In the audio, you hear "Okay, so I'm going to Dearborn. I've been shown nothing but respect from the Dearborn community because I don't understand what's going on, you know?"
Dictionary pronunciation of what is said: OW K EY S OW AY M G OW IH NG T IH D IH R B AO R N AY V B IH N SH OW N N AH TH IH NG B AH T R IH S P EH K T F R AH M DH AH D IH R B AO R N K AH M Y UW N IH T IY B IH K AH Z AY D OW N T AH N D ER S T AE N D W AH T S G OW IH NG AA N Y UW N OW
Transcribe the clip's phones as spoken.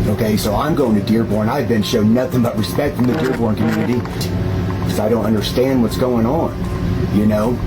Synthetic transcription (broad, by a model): OW K EY S OW AY M G OW IH NG T IH D IH R B AO R N AY V B IH N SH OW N N AH TH IH NG B AH T R IH S P EH K T F R AH M DH AH D IH R B AO R N K AH M Y UW N IH T IY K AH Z AY D OW N T AH N D ER S T AE N D W AH T S G OW IH NG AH N Y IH N OW